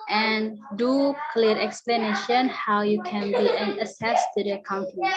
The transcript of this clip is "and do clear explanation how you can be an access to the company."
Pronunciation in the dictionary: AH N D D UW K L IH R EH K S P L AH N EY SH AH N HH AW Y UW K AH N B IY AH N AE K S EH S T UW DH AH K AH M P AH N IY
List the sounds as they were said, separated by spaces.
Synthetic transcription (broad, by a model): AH N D D UW K L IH R EH K S P L AH N EY SH AH N HH AW Y UW K AH N B IY AH N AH S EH S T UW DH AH K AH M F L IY